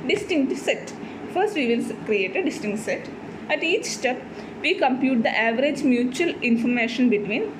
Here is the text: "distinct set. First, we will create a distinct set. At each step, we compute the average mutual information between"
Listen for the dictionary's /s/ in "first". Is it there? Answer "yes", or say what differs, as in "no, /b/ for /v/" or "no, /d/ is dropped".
yes